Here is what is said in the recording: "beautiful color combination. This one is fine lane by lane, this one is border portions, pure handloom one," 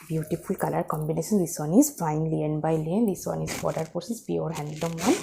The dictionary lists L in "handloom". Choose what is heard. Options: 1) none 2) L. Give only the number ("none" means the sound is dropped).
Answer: 1